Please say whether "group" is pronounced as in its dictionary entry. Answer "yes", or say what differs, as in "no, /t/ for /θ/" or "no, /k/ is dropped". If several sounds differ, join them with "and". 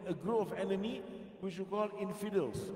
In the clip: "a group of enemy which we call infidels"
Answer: no, /p/ is dropped